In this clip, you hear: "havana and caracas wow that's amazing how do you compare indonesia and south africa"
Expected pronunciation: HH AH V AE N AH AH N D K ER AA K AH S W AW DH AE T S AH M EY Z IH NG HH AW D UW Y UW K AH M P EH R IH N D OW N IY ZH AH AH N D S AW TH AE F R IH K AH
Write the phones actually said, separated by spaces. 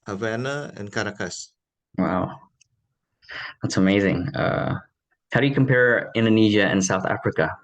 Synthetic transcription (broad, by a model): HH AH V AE N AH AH N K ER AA K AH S W AW DH AE T S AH M EY Z IH NG HH AW D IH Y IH K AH M P EH R IH N D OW N IY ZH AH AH N S AW TH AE F R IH K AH